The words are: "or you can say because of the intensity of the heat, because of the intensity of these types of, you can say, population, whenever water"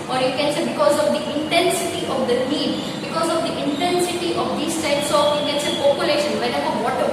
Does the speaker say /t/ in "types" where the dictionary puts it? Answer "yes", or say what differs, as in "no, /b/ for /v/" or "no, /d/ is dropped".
no, /s/ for /t/